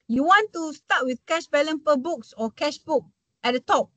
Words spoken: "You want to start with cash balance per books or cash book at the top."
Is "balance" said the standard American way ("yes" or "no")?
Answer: no